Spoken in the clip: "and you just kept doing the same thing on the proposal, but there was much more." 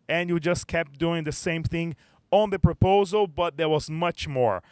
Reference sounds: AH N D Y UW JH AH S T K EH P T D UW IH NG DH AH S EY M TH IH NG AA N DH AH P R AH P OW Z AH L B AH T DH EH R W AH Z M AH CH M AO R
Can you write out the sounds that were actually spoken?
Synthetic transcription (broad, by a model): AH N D Y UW JH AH S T K EH P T D UW IH NG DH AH S EY M TH IH NG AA N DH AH P R AH P OW Z AH L B AH T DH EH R W AH Z M AH CH M AO R